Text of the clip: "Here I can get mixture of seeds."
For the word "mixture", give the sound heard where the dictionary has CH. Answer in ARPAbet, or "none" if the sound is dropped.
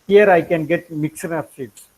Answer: none